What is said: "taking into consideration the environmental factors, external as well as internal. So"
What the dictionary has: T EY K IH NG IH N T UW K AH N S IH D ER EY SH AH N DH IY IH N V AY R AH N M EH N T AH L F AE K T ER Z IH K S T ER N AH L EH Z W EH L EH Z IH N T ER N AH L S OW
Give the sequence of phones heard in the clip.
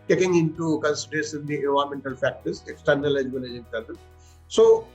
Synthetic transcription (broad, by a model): T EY K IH NG IH N T UW K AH N S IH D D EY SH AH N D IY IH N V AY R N M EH N T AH L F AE K T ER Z IH K S T ER N AH L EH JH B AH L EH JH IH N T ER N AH N S OW